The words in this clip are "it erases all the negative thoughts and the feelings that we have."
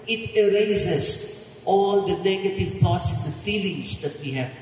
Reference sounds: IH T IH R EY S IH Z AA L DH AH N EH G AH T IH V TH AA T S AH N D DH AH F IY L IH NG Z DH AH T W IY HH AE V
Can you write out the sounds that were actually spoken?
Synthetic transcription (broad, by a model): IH T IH R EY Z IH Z AA L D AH N EH G AH T IH V T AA T S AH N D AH F IY L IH NG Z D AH T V IY HH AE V